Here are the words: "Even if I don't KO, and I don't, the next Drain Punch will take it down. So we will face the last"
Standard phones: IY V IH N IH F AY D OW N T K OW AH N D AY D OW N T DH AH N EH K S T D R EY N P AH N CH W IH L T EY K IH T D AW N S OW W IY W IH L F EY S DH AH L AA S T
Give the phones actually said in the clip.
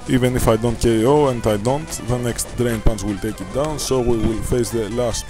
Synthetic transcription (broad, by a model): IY V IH N IH F AY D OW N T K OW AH N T AY D OW N T DH AH N EH K S T D R EY N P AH N S W IH L T EY K IH T D AW N S OW W IY W IH L F EY S DH AH L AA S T